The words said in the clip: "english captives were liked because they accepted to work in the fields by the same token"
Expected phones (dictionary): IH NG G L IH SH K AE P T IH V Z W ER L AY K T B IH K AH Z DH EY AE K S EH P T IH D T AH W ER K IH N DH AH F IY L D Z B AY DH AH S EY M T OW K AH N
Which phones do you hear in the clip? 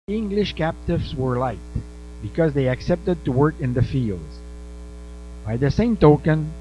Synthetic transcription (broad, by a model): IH NG G L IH SH K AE P T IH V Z W ER L AY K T B IH K AH Z DH EY AE K S EH P T IH D T AH W ER K IH N DH AH F IY L D Z B AY DH AH S EY M T OW K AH N